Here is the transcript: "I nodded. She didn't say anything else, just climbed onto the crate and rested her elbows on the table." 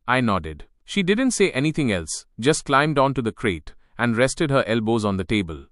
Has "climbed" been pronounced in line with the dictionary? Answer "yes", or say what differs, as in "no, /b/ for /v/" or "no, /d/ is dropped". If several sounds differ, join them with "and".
yes